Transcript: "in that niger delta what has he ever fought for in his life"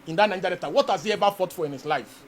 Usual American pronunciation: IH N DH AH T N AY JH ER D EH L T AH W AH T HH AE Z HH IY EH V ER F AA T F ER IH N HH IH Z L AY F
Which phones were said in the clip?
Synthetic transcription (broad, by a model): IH N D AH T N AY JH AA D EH T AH W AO T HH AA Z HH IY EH V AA F AA T F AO IH N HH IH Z L AY F